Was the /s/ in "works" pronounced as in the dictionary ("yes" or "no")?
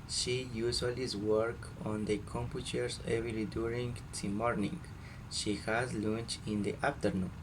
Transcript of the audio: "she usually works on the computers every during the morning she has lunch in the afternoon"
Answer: no